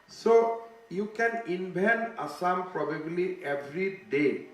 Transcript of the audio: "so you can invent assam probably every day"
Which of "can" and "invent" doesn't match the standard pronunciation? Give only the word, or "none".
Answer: invent